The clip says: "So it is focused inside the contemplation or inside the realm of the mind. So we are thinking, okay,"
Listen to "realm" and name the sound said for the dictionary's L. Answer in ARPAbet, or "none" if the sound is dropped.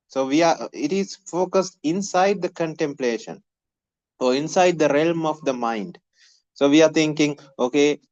L